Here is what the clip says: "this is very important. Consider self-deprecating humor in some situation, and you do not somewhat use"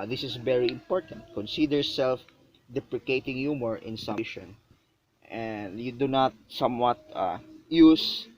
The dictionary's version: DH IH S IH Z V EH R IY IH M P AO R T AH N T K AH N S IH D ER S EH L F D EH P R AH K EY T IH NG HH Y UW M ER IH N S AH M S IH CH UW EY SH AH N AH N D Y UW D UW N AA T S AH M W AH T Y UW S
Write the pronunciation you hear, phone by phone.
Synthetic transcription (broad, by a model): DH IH S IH S V EH R IY IH M P AO R T AH N T K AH N S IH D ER S EH L F D EH P R AH K EY T IH NG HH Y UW M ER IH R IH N S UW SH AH N AH N D Y UW D UW N AA T S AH M W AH T Y UW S